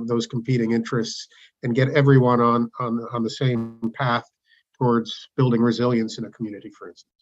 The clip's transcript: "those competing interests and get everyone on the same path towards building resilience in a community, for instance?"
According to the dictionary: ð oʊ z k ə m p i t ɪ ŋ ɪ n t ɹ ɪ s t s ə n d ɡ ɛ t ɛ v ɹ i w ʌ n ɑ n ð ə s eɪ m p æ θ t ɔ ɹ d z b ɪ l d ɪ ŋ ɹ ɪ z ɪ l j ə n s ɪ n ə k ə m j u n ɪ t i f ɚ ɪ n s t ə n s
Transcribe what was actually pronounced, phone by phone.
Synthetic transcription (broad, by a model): ð oʊ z k m p i t ɪ ŋ ɪ n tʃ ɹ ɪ s t s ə n ɡ ɛ t ɛ v ɹ i w ʌ n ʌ n ð ə s eɪ m p æ θ t ɔ ɹ d z b ɪ l d ɪ ŋ ɹ ɪ z ɪ l j ə n s ɪ n ə k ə m j u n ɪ t i f ɚ ɪ n s t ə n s